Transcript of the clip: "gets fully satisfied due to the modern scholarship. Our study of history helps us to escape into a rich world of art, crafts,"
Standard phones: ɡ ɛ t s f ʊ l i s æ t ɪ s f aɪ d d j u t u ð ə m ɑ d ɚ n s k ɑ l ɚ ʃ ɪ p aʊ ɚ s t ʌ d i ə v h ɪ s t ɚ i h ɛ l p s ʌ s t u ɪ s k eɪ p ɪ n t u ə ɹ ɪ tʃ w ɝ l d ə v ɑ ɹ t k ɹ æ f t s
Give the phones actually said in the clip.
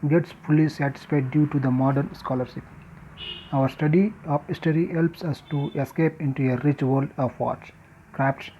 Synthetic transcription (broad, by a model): ɡ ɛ t s f ʊ l i s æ t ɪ s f aɪ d d j u t u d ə m ɑ d ɚ n s k ɑ l ɚ ʃ ɪ p aʊ ɚ s t ʌ d i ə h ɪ s t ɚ i h ɛ l p s ʌ s t u ɪ s k eɪ p ɪ n t u ə ɹ ɪ tʃ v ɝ l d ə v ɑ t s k ɹ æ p t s